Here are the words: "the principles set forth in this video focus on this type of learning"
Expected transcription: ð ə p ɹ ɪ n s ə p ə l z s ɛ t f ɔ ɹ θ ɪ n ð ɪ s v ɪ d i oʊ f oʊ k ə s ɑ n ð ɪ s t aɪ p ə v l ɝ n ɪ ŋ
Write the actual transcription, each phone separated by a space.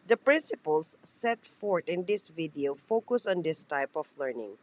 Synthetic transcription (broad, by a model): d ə p ɹ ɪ n s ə p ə l s ɛ t f ɔ ɹ t ɪ n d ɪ s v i d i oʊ f oʊ k ə s ɑ n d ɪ s t aɪ p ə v l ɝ n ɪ ŋ